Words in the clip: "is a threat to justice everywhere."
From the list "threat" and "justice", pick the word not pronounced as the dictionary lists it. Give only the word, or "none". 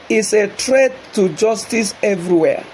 threat